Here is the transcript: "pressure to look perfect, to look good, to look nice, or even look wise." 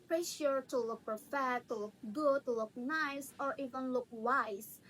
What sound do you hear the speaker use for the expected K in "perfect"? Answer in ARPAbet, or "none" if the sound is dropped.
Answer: none